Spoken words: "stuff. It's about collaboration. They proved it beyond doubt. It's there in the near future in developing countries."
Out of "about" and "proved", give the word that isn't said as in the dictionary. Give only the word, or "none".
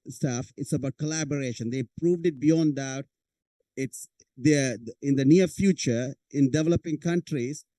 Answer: none